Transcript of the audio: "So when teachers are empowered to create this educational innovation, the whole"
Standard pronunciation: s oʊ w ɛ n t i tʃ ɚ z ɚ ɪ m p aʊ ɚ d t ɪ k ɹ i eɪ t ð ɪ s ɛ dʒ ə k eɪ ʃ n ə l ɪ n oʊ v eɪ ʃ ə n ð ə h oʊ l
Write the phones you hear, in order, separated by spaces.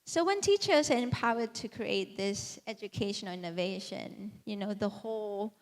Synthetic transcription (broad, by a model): s oʊ w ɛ n t i tʃ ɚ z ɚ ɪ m p aʊ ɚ d t ɪ k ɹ i eɪ t ð ɪ s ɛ dʒ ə k eɪ ʃ ə n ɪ n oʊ v eɪ ʃ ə n ð ə h oʊ l